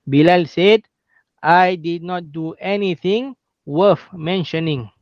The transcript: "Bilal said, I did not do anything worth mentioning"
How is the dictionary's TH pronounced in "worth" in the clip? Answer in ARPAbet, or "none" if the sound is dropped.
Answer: F